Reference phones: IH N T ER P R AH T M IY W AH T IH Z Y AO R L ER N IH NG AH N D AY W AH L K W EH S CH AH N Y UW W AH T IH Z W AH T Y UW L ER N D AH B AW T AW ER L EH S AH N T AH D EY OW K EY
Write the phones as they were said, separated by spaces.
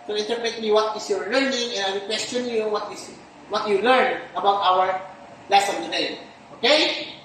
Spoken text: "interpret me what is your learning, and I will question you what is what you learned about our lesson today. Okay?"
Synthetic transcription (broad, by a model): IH N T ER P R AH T M IY W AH T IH S Y AO R L ER N IH NG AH N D AY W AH K W EH S CH AH N Y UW W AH T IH S W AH T Y UW L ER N AH B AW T AW ER L EH S AH N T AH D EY OW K EY